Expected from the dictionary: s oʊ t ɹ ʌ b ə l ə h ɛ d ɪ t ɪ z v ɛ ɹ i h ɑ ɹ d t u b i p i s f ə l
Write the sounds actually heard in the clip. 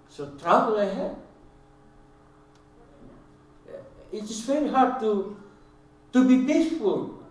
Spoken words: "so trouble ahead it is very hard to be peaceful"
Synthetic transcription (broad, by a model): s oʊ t ɹ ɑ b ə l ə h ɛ ɪ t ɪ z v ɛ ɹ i h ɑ ɹ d t u b i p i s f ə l